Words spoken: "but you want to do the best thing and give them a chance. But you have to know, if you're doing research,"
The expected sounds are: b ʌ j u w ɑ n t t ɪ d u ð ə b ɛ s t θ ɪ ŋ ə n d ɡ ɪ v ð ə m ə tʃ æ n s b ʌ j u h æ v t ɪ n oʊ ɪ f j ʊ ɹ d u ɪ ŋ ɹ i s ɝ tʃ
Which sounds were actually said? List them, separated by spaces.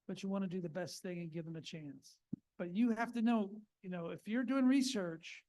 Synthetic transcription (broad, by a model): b ʌ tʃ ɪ w ɑ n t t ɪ d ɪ ð ə b ɛ s t θ ɪ ŋ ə n ɡ ɪ v ð ə m ə tʃ æ n s b ʌ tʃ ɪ h æ f t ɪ n oʊ ɪ f j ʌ ɹ d u ɪ ŋ ɹ i s ɝ tʃ